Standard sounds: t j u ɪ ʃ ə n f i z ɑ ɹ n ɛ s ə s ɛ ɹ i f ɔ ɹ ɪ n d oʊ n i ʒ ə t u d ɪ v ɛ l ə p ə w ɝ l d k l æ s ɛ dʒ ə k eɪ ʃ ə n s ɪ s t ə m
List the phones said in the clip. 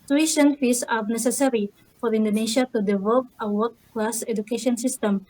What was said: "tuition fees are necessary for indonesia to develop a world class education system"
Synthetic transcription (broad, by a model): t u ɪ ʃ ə n f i s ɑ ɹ n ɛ s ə s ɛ ɹ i f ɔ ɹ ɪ n d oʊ n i ʃ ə t u d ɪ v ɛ l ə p ə w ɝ d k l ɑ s ɛ dʒ ə k eɪ ʃ ə n s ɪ s t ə m